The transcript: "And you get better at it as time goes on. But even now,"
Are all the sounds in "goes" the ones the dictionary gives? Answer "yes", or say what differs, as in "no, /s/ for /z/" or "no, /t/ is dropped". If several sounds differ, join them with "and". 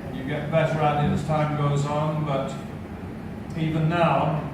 yes